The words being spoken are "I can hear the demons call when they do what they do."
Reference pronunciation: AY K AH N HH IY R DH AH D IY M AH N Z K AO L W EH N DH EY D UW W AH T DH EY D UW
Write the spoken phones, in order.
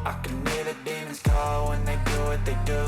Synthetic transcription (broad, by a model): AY K AH N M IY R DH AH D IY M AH Z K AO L W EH N DH EY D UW W AH T DH EY D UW